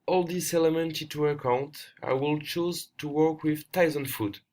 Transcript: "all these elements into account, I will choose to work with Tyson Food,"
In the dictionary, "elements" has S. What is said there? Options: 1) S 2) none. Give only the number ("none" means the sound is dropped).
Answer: 2